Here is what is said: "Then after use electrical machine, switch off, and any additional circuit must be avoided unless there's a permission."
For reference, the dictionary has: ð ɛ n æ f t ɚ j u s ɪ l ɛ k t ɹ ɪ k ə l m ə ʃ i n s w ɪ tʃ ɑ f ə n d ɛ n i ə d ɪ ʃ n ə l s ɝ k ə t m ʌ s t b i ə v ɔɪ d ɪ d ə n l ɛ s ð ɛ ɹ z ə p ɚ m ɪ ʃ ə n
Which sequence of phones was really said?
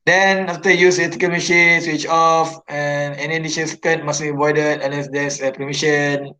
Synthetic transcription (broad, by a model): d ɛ n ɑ f t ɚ j u s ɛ t ɪ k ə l m ə ʃ i n s w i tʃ ɑ f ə n ɛ n i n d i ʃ ə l s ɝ k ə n m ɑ s b i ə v ɔɪ d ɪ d ə n l ɛ s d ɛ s ə p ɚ m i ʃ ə n